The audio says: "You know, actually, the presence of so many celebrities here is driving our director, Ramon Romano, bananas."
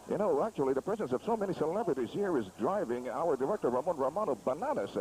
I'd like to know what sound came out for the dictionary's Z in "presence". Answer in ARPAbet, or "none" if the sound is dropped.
Z